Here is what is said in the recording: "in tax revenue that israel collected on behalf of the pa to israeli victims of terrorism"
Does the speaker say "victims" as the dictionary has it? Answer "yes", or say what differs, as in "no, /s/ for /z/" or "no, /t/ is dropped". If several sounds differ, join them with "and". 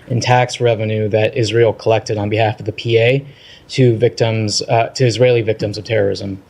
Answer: yes